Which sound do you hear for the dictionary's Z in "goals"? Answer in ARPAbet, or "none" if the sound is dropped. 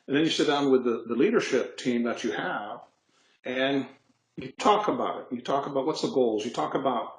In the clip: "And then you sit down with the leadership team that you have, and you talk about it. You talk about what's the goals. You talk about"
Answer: Z